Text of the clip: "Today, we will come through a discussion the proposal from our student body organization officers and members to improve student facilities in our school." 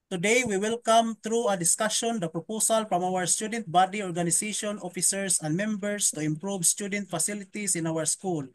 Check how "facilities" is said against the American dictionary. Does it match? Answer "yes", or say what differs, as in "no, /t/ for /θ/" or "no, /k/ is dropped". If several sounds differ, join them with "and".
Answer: no, /s/ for /z/